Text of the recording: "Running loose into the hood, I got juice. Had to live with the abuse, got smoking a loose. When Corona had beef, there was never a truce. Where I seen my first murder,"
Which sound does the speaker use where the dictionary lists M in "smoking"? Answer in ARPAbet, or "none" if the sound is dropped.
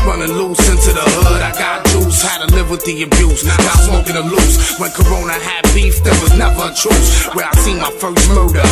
none